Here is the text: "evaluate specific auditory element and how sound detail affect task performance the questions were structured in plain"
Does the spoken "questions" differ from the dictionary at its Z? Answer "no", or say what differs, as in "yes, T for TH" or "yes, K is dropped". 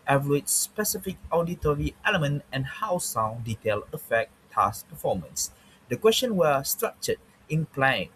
yes, Z is dropped